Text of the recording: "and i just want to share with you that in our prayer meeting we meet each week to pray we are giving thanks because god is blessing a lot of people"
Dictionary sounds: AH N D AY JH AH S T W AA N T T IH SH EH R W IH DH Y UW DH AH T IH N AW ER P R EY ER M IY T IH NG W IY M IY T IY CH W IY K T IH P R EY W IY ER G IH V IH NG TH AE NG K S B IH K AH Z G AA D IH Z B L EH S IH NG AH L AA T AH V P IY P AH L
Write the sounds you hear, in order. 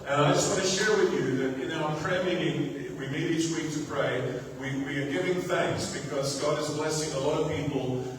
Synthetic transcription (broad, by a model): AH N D AY JH AH S T W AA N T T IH SH EH R W IH DH Y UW DH AH T IH N AW ER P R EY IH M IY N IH W IY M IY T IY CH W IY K T IH P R EY W IY ER G IH V IH NG TH AE NG K S B IH K AH Z G AA D IH Z B L EH S IH NG AH L AA T AH V P IY P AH L